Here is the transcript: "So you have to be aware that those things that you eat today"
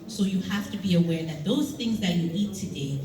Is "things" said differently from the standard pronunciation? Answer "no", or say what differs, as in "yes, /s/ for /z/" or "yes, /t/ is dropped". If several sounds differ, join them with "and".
no